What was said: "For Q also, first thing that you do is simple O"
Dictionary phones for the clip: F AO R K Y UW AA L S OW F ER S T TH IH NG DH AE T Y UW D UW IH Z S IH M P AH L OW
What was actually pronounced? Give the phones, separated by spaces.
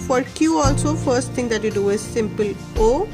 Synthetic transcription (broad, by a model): F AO R K Y UW AA L S OW F ER S T T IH NG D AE T Y UW D UW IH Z S IH M P AH L OW